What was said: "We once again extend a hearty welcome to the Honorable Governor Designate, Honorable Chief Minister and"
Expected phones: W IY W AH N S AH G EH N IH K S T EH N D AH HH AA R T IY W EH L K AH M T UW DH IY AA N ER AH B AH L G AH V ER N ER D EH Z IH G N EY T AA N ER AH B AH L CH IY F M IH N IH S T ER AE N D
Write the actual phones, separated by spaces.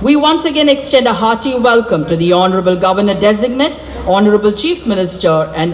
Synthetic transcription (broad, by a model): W IY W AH N S AH G EH N IH K S T EH N D AH HH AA T IY W EH L K AH M T UW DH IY AA N ER AH B AH L G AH V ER N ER D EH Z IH G N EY T AA N ER AH B AH L CH IY F M IH N IH S T ER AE N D